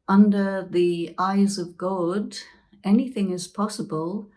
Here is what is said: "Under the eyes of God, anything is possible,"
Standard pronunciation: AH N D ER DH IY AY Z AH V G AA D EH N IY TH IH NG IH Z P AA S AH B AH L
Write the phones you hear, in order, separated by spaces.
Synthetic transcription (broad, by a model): AH N D ER DH IY AY Z AH V G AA D EH N IY TH IH NG IH Z P AA S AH B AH L